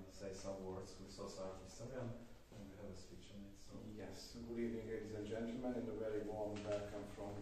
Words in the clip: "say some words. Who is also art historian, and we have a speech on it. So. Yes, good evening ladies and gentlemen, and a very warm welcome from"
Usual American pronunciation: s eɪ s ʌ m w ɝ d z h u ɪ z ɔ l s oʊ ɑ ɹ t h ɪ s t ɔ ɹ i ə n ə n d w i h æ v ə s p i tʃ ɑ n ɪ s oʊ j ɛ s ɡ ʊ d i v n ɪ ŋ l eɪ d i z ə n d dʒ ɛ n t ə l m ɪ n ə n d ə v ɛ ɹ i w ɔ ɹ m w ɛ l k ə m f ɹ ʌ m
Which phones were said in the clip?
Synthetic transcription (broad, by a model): s eɪ s ʌ m w ɝ d z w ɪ s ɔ s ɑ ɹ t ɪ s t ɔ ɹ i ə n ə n w i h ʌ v ə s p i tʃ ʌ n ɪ s oʊ j ɛ s ɡ ʊ d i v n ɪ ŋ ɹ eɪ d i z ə n dʒ ɛ n t l m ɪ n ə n ə v ɛ ɹ i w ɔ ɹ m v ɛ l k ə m f ɹ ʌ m